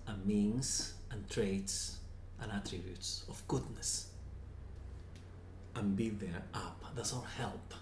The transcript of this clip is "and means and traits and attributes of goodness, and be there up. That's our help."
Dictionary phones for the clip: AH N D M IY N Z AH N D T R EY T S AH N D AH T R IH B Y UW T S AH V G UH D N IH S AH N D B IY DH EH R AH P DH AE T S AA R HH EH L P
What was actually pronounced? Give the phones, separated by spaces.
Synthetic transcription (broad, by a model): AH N M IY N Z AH N T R EY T S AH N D AH T R IH B Y UW T S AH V G UH D N IH S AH N B IY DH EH R AH P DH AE T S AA L HH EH L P